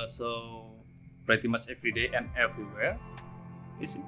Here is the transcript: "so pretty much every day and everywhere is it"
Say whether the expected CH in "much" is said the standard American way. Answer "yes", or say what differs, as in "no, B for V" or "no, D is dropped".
no, S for CH